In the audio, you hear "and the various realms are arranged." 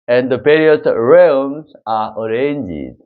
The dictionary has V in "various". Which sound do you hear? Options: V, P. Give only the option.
P